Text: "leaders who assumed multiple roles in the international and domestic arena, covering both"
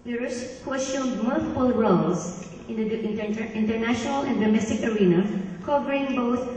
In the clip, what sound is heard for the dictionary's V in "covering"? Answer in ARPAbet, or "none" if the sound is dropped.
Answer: P